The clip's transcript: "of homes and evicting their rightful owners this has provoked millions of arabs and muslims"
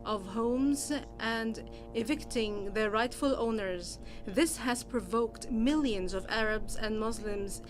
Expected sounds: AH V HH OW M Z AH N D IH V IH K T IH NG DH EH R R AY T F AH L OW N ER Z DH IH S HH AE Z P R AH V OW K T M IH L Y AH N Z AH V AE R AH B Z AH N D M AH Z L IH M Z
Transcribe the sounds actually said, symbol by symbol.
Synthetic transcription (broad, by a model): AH V HH OW M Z AH N D IH V IH K T IH NG DH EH R R AY T F AH L OW N ER Z DH IH S HH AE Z P R AH V OW K T M IH L Y AH N Z AH V AE R AH B Z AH N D M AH Z L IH M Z